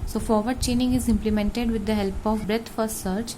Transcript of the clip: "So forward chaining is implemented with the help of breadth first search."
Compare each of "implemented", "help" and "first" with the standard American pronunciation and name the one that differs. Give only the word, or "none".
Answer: first